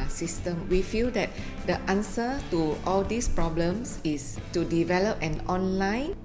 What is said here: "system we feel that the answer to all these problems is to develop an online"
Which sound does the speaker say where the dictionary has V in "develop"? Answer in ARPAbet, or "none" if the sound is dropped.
V